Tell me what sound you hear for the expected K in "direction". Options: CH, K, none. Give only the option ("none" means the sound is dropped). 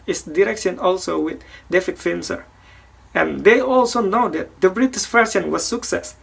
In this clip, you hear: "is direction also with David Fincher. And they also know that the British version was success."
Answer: K